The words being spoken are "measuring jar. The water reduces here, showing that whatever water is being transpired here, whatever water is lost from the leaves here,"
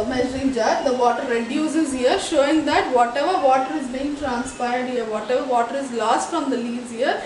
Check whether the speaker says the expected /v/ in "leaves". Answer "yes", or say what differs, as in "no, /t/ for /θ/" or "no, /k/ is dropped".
no, /v/ is dropped